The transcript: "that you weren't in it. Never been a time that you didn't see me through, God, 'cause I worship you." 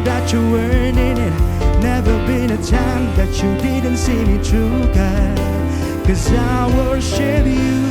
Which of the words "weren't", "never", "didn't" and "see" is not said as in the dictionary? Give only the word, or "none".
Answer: weren't